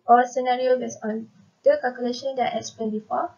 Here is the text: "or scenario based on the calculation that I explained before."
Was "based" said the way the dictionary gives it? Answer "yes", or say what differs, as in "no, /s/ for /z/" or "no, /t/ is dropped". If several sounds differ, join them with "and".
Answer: no, /t/ is dropped